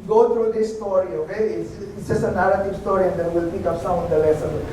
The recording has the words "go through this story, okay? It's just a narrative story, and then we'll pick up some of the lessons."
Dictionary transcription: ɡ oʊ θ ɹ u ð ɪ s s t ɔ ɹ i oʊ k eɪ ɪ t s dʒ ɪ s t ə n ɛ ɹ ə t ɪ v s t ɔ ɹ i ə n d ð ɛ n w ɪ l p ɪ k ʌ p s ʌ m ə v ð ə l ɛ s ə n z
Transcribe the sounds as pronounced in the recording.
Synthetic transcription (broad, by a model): ɡ oʊ t ɹ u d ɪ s s t ɔ ɹ i oʊ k eɪ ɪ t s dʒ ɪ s ə n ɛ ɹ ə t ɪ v s t ɔ ɹ i ə n d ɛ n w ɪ l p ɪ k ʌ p s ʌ ə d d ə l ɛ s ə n